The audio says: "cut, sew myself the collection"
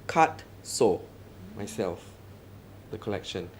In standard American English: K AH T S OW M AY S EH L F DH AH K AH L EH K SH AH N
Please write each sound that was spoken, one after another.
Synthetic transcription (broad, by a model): K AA T S OW M AY S EH L F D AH K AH L EH K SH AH N